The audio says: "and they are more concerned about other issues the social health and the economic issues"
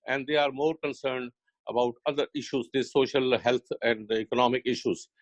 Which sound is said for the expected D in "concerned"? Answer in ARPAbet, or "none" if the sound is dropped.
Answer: D